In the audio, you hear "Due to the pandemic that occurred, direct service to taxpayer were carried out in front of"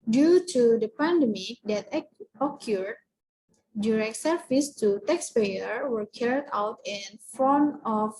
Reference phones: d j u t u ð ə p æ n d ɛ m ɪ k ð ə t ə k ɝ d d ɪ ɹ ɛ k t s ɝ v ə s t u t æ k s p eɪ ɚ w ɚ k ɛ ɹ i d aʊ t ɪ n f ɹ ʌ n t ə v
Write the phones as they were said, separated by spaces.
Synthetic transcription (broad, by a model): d j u t u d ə p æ n d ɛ m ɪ k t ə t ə k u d d ɪ ɹ ɛ k t s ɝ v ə s t u t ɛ k s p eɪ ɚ w ɚ k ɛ ɹ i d aʊ t ɪ n f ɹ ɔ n ə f